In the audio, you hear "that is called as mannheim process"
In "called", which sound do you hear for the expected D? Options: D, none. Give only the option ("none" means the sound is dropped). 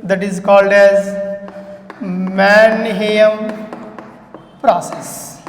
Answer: D